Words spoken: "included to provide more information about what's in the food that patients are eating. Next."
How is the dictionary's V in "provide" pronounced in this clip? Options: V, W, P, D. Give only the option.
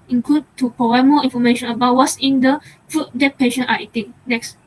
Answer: W